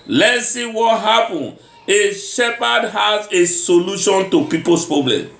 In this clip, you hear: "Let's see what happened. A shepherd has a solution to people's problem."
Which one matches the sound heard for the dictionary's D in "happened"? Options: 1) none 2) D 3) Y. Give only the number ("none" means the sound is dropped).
1